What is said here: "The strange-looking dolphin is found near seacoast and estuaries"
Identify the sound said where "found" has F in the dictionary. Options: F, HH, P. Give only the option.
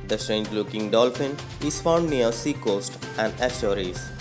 F